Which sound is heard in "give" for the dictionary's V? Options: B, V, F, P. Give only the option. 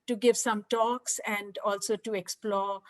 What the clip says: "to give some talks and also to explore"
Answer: V